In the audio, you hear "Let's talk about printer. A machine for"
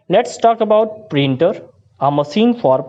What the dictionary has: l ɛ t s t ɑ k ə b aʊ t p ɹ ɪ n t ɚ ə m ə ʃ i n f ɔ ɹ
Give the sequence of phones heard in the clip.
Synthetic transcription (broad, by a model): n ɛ t s t ɑ k ə b aʊ t p ɹ ɪ n t ɚ ə m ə s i n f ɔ ɹ